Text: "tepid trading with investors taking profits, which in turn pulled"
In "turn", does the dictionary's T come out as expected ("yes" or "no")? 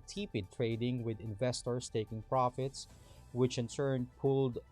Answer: no